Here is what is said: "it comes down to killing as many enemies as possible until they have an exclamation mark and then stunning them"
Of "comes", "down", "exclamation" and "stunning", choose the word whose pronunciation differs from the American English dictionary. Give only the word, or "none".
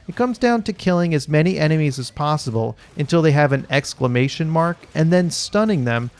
none